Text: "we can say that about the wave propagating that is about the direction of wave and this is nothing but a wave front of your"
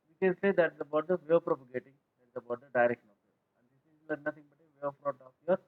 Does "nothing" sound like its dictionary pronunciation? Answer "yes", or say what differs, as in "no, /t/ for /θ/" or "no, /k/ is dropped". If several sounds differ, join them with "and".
no, /t/ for /θ/